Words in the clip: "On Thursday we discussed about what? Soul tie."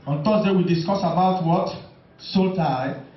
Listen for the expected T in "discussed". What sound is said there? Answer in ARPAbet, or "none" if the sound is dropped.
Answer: none